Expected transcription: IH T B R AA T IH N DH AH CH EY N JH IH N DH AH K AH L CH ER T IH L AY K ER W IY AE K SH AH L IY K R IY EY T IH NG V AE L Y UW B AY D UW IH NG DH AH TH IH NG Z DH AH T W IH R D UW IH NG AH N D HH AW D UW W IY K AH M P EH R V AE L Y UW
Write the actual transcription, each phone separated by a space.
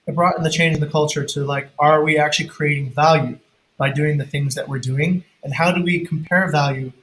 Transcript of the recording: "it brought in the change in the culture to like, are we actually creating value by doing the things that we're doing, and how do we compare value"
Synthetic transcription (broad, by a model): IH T B R AA T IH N DH AH CH EY N JH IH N DH AH K AH L CH ER T IH L AY K ER W IY AE K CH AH L IY K R IY EY T IH NG V AE L Y UW B AY D UW IH NG DH AH TH IH NG Z DH AH T W IH R D UW IH NG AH N HH AW D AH W IY K M P EH R V AE L Y UW